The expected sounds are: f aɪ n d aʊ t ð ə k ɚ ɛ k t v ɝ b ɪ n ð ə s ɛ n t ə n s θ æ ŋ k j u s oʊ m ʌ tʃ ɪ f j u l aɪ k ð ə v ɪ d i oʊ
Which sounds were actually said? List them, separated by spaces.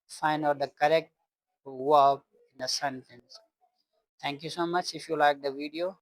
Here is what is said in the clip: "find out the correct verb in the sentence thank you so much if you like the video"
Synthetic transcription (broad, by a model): f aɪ n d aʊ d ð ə k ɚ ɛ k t w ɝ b ɪ n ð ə s ɛ n t ə n s t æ ŋ k j u s oʊ m ʌ tʃ ɪ f j u l aɪ k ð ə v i d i oʊ